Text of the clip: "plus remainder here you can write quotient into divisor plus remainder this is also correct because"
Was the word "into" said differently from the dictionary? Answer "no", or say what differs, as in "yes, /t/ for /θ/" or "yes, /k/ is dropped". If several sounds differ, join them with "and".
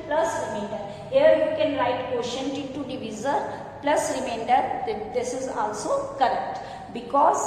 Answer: yes, /n/ is dropped